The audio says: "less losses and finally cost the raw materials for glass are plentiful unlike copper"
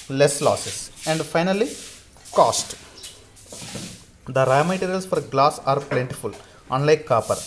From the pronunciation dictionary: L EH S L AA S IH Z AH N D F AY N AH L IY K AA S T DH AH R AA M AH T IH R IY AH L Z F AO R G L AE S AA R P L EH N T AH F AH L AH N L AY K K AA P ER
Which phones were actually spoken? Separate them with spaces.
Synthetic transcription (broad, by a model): L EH S L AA S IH S AH N D F AY N AH L IY K AA S T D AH R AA M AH T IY R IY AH L S F AO R G L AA S AA R P L EH N T AH F AH L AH N L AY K K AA P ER